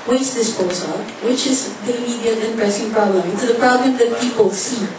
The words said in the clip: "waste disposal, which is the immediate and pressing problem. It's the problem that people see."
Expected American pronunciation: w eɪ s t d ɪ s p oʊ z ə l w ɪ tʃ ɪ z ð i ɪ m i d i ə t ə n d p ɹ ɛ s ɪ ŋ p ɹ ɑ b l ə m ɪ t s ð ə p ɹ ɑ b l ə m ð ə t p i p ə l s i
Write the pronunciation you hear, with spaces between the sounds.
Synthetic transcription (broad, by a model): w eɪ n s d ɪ s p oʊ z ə n w ɪ tʃ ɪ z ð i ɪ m i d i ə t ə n p ɹ ɛ s ɪ ŋ p ɹ ɑ b l ə m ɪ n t ð ə p ɹ ɑ b l ə m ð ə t p i p ə l s i